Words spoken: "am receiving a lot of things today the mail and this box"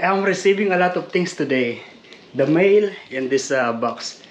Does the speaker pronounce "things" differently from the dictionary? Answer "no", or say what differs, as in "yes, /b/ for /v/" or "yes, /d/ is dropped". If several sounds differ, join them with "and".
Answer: yes, /t/ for /θ/ and /s/ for /z/